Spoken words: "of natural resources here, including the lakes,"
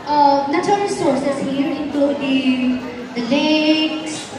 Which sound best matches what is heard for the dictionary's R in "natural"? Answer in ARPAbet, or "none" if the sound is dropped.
none